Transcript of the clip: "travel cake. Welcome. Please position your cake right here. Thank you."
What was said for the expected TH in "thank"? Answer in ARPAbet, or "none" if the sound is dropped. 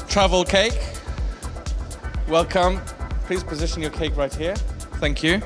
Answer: TH